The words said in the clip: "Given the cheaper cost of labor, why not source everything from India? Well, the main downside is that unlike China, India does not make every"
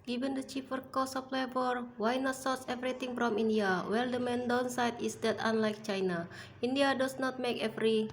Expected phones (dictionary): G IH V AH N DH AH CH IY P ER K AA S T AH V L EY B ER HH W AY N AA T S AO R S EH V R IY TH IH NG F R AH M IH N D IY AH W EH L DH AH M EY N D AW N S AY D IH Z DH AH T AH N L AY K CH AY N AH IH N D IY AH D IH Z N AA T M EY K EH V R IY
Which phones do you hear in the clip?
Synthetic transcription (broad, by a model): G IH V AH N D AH CH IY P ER K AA S AH P L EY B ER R W AY N AA T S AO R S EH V R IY T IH NG F R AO M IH N D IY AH W EH L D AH M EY N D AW N S AY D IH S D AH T AH N L AY K CH AY N AH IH N D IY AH D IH S N AA T M EY K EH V R IY